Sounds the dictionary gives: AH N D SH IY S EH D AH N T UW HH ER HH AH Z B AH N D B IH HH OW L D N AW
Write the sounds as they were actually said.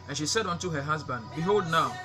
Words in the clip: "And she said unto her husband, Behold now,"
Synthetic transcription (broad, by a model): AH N SH IY S EH D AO N T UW HH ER HH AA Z B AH N D B IH HH OW L D N AW